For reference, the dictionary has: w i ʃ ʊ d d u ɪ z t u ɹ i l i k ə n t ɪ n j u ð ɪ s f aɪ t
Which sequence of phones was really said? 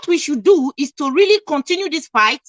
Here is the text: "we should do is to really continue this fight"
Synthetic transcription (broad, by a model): w i ʃ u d d u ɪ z t u ɹ i l i k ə n t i n j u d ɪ s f aɪ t